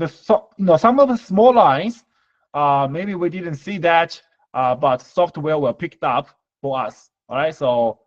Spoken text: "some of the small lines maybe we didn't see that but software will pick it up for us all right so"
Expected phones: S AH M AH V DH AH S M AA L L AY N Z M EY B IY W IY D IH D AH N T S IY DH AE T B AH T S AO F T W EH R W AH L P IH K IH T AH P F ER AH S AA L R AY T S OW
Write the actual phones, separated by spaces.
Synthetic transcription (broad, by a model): S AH M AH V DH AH S M AA L L AY N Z M EY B IY W IY D IH D AH N T S IY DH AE T B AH T S AO F T W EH W AH L P IH K T AH P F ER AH S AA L R AY T S OW